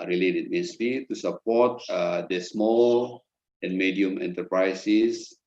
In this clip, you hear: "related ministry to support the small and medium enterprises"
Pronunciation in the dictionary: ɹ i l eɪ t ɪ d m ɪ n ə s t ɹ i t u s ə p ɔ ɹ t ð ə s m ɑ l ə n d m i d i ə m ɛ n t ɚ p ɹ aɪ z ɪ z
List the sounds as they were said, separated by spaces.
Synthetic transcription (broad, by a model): ɹ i l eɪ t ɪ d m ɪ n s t i t u s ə p ɔ t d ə s m ɑ l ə n m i d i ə m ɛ n t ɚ p ɹ aɪ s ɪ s